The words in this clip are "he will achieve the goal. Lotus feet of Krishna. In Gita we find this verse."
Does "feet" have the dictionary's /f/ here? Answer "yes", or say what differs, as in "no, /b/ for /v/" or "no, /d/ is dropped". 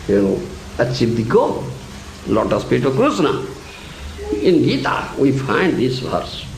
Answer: no, /p/ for /f/